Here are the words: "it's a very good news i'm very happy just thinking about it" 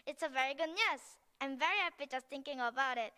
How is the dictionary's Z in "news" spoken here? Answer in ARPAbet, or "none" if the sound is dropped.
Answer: S